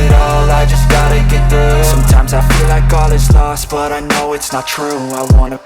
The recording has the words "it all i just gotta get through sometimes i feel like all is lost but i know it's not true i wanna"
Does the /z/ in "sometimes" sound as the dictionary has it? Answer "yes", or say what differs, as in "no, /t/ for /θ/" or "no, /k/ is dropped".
yes